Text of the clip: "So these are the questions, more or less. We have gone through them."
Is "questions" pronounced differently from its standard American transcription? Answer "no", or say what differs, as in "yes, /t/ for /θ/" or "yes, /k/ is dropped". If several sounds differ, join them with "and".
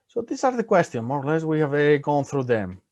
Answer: yes, /z/ is dropped